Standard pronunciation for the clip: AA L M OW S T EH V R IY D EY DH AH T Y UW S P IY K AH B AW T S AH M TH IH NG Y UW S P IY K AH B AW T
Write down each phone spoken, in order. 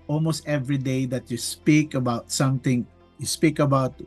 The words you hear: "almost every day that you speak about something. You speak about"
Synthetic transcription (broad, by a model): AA L M OW S T EH V R IY D EY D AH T Y UW S P IY K AH B AW T S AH M T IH NG Y UW S P IY K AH B AW T